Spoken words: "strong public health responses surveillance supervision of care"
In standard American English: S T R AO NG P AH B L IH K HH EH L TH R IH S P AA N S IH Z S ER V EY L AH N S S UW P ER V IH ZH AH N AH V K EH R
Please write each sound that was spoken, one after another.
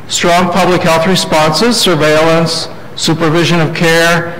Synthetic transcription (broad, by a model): S T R AO NG P AH B L IH K HH EH L TH R IH S P AA N S IH Z S ER V EY L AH N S S UW P ER V IH ZH AH N AH V K EH R